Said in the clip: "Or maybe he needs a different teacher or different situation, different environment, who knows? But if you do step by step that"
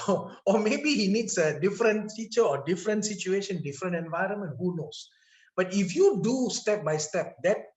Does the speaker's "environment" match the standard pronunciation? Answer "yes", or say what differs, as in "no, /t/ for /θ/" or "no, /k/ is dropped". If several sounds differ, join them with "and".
yes